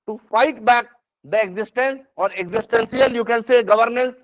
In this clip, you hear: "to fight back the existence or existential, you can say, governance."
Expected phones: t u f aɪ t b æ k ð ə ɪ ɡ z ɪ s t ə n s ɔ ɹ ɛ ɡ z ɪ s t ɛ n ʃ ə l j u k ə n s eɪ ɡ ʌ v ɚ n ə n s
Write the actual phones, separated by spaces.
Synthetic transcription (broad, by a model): t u f aɪ t b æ k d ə ɪ ɡ z ɪ s t ə n s ɔ ɹ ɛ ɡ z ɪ s t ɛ n s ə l j u k ə n s eɪ ɡ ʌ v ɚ n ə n s